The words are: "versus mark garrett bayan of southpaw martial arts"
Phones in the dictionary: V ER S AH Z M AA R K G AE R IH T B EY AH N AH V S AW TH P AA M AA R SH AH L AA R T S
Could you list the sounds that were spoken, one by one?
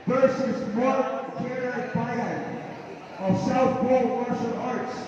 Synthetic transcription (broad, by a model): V ER S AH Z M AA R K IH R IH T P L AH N AH V S AW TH B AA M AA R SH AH N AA R T S